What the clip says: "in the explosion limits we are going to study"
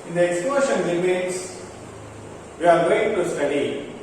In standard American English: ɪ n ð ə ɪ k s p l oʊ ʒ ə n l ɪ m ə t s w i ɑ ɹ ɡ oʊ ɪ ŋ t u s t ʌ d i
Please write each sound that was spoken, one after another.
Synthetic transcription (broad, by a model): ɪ n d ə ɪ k s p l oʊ ʃ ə n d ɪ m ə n s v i ɑ ɹ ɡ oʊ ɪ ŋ t u s t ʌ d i